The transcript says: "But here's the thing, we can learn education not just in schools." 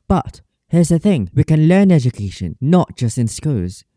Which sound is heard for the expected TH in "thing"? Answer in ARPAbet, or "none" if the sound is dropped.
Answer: TH